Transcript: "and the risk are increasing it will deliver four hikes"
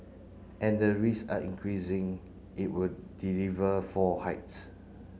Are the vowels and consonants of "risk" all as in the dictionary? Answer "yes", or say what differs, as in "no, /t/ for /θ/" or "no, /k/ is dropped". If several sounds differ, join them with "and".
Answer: no, /k/ is dropped